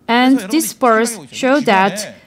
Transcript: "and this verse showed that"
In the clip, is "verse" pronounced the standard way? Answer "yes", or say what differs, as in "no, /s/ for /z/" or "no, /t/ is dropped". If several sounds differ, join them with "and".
no, /p/ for /v/